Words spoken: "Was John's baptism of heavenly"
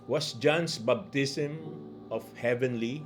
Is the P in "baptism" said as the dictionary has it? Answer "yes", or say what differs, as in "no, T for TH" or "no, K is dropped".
no, B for P